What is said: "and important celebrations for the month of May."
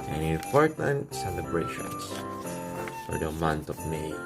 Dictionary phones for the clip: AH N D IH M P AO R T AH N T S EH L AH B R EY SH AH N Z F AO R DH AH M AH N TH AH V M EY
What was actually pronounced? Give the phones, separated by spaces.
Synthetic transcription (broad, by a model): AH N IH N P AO R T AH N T S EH L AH B R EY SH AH N S F AO R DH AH M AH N T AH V M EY